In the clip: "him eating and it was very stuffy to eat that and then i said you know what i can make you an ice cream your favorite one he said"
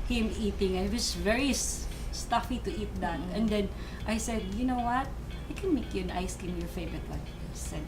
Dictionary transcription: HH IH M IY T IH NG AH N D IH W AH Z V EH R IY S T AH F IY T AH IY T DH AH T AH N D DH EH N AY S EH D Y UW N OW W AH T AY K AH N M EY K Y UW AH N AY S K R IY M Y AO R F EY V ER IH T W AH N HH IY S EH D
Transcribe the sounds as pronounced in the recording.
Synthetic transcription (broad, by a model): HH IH M IY T IH NG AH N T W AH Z V EH R IY S T AH F IY T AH IY T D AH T AH N D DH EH N AY S EH D Y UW N OW W AH T AY K AH N M EY K Y UW AH N AY S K IY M Y AO R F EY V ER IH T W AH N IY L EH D